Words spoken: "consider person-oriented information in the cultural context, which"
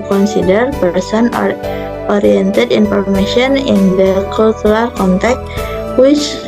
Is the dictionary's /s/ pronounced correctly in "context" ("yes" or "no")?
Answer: no